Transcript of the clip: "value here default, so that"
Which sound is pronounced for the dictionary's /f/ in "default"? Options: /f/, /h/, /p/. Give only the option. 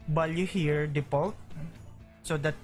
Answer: /p/